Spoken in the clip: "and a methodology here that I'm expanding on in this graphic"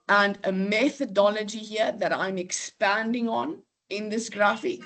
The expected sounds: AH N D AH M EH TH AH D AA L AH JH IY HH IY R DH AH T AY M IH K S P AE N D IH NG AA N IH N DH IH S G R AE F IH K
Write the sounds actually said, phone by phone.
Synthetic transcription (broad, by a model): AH N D AH M EH TH AH D AA L AH JH IY HH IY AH DH AH T AY M IH K S P AE N D IH NG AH N IH N DH IH S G R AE F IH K